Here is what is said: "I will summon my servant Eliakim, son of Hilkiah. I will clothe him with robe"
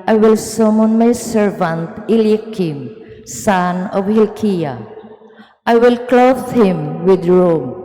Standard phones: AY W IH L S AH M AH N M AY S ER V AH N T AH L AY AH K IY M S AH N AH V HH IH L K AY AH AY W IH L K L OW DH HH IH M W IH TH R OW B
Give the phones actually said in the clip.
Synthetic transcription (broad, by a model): AY W IH L S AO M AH N M AY S ER V AH N T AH L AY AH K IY M S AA N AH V HH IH L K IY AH AY W IH L K L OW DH HH IH M W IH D R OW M